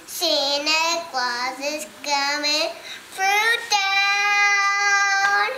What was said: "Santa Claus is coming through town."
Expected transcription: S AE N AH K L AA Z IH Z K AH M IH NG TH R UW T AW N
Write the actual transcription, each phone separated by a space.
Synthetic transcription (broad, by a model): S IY N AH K W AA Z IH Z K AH M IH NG F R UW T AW N